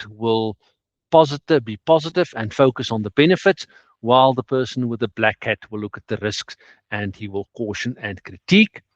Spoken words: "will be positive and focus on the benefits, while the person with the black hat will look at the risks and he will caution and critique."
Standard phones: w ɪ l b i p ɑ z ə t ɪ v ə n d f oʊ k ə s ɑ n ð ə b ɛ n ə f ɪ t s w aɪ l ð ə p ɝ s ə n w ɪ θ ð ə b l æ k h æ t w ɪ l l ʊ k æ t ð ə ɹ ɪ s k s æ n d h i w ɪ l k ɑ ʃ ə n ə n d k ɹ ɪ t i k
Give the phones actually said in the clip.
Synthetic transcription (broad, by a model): w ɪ l b i p ɑ z ə t ɪ v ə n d f oʊ k ə s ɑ n ð ə b ɛ n ə f ɪ t s w aɪ l ð ə p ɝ s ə n w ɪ ð ə b l æ k h æ t w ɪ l l ʊ k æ t ð ə ɹ ɪ s k s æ n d h i w ɪ l k ɑ ʃ ə n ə n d k ɹ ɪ t i k